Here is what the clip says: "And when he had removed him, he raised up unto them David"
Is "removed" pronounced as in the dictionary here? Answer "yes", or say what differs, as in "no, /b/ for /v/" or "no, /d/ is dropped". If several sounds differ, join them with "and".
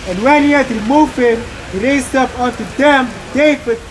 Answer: no, /d/ is dropped